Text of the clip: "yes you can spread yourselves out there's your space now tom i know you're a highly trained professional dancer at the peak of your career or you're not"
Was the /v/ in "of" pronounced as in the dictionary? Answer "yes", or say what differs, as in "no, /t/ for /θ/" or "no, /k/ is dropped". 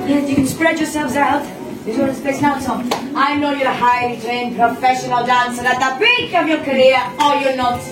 yes